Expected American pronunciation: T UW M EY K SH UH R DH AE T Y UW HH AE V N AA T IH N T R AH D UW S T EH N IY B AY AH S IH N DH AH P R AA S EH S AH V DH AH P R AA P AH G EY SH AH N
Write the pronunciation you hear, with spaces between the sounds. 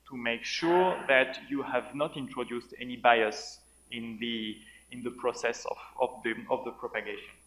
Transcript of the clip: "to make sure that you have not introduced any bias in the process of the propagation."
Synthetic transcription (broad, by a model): T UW M EY K SH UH R DH AE T Y UW HH AE V N AA T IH N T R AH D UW S T EH N IY B AY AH S IH N DH AH P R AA S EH S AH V DH AH P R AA P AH G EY SH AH N